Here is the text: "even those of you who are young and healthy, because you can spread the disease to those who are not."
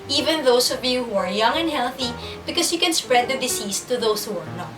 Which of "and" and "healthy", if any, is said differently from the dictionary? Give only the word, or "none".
none